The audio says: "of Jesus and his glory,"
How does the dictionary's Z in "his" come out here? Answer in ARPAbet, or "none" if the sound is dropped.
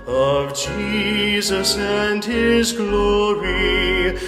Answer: Z